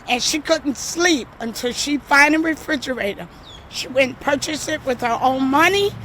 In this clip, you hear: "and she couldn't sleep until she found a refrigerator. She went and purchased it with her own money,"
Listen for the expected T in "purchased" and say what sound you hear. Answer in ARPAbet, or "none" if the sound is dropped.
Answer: none